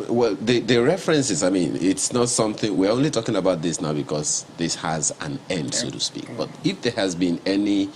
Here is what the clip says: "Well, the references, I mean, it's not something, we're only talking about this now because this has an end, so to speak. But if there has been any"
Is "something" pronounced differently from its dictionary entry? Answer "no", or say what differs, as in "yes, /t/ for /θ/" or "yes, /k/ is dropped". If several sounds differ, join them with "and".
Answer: no